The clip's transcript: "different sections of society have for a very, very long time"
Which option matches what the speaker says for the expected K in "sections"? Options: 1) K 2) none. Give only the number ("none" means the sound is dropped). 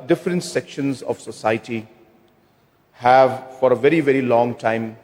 1